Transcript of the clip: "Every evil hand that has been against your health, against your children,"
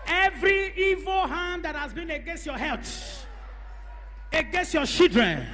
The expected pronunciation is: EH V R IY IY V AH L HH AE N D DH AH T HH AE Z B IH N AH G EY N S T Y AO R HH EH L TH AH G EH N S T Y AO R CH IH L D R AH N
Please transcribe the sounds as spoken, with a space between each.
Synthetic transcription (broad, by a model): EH V R IY IY V AH L HH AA N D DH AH T HH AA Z B IH N AH G EY N S T Y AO HH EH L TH AH G EH N S T Y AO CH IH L D R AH N